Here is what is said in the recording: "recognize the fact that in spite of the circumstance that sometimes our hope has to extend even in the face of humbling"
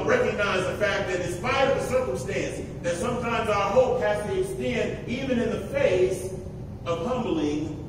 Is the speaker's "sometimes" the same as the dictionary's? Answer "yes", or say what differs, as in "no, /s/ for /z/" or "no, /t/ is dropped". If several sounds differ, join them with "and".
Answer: yes